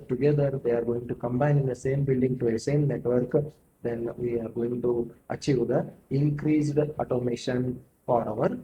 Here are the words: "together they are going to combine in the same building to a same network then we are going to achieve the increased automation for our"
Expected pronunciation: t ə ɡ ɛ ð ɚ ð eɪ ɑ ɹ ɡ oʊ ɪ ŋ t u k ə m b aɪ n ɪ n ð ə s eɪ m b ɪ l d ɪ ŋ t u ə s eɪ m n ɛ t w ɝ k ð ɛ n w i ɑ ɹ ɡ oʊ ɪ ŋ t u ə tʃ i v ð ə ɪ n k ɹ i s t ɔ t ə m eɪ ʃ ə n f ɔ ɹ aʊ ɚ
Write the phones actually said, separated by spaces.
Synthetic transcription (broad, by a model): t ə ɡ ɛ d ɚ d eɪ ɑ ɹ ɡ oʊ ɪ ŋ t u k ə m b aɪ n ɪ n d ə s eɪ m b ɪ l d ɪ ŋ t u ə s eɪ m n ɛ t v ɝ k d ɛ n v i ɑ ɹ ɡ oʊ ɪ ŋ t u ə tʃ i v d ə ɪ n k ɹ i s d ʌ t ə m eɪ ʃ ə n f ɔ ɹ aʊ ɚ